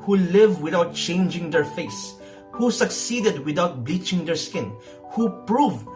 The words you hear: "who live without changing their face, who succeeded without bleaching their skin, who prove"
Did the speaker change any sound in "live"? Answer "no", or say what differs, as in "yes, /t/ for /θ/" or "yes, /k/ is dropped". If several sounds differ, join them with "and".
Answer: no